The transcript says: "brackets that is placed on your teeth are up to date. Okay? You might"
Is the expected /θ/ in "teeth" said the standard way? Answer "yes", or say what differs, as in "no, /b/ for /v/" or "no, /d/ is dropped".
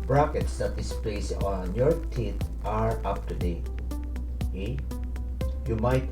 no, /t/ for /θ/